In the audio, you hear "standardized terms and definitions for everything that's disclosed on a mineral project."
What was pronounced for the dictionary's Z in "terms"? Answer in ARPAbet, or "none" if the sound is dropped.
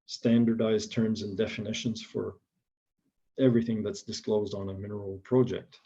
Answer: Z